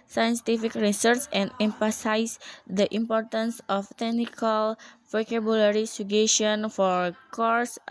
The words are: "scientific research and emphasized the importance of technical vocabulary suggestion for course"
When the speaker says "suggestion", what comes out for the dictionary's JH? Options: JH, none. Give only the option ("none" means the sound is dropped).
none